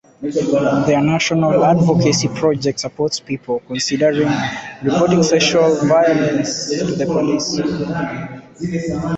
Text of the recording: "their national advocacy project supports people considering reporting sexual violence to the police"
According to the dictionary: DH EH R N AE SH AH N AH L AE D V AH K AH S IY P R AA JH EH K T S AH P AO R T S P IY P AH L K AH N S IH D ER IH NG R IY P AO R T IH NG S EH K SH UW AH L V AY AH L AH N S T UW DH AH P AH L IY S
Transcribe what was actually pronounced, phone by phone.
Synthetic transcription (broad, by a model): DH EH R N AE SH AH N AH L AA D V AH K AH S IY P R AA JH EH K T S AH P AO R T S P IY P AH L K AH N S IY D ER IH NG R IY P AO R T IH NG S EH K SH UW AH L V AY AH L AH N S T UW DH AH P AH L IY S